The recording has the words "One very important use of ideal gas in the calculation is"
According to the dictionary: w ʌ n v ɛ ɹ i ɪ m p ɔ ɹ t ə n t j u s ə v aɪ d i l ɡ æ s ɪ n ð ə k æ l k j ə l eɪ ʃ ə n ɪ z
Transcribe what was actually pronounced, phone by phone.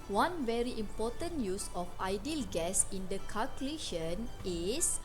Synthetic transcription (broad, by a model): w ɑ n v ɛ ɹ i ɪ m p ɔ t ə n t j u s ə f aɪ d i l ɡ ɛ s ɪ n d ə k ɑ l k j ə l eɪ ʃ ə n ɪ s